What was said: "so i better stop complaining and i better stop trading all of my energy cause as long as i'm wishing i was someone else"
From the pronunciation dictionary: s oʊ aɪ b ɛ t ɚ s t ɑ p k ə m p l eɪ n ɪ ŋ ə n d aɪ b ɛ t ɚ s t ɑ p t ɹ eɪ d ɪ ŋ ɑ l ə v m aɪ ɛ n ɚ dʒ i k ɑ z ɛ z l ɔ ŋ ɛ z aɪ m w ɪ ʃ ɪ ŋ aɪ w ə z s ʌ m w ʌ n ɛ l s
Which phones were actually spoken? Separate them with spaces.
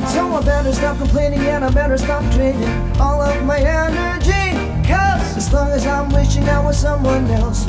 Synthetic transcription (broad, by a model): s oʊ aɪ b ɛ t ɚ s t ɑ p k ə p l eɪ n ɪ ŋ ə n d aɪ b ɛ t ɚ s t ɑ p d ɹ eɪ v ɪ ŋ ɑ l ə v m aɪ ɛ n ɚ dʒ i k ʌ s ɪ z l ɔ ŋ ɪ z aɪ m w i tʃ ɪ ŋ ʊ w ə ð s ʌ m w ʌ n ɛ l s